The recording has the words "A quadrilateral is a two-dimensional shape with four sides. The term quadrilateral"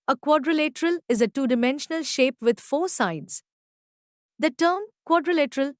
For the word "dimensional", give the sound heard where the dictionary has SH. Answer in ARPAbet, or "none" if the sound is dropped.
SH